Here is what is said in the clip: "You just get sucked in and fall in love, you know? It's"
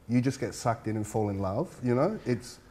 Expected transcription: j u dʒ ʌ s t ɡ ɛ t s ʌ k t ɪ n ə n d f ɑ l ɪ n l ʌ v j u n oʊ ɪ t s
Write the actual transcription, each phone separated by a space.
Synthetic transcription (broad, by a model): j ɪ dʒ ʌ s ɡ ɛ t s ʌ k t ɪ n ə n f ɑ l ɪ n l ʌ v j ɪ n oʊ ɪ t s